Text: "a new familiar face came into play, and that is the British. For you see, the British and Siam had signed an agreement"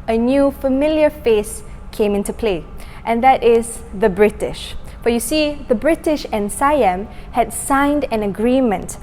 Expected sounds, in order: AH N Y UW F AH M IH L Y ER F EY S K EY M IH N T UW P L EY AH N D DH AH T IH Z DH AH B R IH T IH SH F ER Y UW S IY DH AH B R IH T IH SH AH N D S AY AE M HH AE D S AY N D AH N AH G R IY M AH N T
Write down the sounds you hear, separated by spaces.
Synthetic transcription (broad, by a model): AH N Y UW F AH M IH L Y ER F EY S K EY M IH N T UW P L EY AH N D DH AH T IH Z DH AH B R IH T IH SH F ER Y UW S IY DH AH B R IH T IH SH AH N S AY AE M HH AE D S AY N D AH N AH G R IY M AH N T